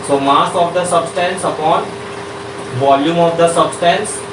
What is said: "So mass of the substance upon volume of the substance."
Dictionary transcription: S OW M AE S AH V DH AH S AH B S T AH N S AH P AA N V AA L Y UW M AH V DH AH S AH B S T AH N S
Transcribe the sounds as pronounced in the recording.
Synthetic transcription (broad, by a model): S OW M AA S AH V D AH S AH B S T AH N S AH P AA N V AA L Y UW M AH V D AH S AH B S T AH N S